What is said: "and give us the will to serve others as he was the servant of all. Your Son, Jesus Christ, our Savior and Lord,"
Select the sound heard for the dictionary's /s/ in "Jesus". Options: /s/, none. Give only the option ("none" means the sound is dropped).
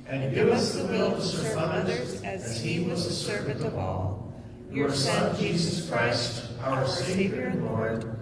/s/